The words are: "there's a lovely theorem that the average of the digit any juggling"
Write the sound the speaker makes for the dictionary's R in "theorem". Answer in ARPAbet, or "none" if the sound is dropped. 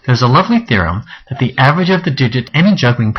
R